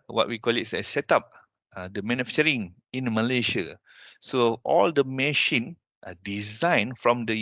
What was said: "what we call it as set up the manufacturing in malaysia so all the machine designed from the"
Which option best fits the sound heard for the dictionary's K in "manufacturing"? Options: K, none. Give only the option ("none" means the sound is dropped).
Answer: none